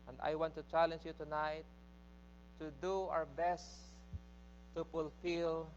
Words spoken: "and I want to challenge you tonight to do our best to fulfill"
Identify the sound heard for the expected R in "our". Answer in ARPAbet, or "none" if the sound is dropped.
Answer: W